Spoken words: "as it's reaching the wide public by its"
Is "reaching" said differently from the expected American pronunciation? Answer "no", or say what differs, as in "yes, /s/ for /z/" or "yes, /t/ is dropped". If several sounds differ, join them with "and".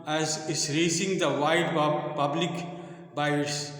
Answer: yes, /s/ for /tʃ/